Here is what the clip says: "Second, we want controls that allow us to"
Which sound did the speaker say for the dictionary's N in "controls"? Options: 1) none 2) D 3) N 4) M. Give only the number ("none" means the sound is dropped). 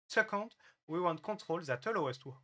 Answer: 1